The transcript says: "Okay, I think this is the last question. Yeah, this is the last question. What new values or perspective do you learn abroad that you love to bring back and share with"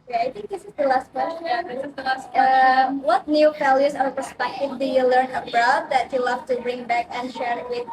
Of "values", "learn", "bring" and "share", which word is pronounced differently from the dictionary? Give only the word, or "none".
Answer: values